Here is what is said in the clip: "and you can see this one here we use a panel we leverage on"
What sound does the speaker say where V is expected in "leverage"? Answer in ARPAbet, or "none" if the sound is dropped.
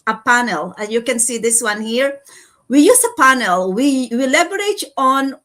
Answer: B